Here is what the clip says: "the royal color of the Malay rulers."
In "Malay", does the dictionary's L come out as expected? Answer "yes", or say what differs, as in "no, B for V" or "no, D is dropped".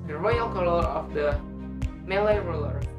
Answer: yes